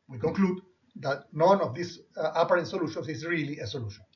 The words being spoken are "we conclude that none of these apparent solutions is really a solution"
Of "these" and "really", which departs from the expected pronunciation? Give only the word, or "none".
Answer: these